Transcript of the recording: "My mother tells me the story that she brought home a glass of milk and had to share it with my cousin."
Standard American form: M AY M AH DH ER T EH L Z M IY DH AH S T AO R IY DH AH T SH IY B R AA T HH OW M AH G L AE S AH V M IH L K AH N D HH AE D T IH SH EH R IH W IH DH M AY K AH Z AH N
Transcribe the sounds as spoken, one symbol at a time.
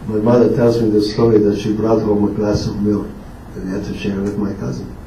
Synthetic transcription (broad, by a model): M AY M AH DH ER T EH L Z M IY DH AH S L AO L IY DH AH T SH IY B R AA T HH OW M AH G L AE S AH V M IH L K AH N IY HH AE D T IH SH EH R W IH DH M AY K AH Z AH N